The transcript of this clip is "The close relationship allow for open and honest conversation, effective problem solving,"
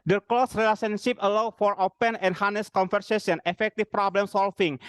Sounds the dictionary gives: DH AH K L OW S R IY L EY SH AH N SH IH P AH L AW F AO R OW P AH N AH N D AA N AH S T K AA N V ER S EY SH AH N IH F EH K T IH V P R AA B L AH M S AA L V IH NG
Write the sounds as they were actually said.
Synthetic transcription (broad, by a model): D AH K L OW S R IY L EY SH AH N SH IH P AH L AW F AO R OW P AH N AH N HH AA N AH S K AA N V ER S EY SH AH N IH F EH K T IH F P R AA B L AH M S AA L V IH NG